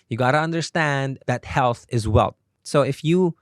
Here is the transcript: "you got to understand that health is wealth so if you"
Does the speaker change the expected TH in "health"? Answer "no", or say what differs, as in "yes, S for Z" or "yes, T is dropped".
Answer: no